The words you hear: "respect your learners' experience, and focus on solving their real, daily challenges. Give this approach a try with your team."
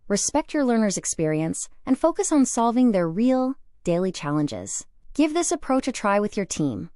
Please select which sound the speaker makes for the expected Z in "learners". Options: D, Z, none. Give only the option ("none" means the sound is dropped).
Z